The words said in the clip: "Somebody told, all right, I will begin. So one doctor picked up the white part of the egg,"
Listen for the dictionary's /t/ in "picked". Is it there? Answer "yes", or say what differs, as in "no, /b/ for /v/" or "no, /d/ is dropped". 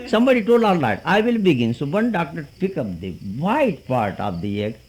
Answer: no, /t/ is dropped